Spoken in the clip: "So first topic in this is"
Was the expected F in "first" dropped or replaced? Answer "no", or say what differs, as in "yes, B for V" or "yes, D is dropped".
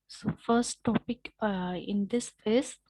no